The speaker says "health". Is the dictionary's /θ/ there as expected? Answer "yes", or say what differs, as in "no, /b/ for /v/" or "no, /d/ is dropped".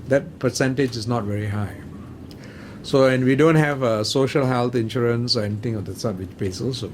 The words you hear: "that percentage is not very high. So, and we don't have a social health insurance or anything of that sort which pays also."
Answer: no, /t/ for /θ/